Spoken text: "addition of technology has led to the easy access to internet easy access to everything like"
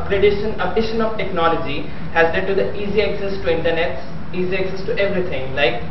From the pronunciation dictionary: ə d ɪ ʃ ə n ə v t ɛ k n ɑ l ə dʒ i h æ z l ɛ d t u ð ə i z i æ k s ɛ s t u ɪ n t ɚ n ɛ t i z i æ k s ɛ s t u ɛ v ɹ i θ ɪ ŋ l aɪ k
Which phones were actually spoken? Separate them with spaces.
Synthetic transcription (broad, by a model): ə d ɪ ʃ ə n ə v t ɛ k n ɑ l ə dʒ i h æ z l ɛ d t u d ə i z i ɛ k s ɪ s t u ɪ n t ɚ n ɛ t i z i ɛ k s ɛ s t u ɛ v ɹ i t ɪ ŋ l aɪ k